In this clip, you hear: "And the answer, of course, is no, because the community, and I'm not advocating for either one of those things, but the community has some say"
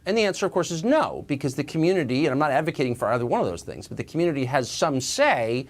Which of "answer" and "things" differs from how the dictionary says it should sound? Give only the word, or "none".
none